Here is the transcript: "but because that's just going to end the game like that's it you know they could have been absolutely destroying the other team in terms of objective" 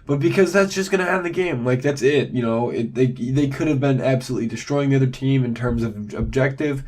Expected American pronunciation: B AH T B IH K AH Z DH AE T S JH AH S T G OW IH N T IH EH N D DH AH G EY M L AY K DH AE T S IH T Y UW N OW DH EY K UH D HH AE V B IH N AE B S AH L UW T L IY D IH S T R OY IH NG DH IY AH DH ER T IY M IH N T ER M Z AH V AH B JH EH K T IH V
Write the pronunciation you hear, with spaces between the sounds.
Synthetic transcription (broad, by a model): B AH T B IH K AH Z DH AE T S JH AH S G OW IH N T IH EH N DH AH G EY M L AY K DH AE T S IH T Y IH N OW DH EY K UH D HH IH V B IH N AE B S AH L UW T L IY D IH S T R OY IH NG DH IY AH DH ER T IY M IH N T ER M Z AH V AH B JH EH K T IH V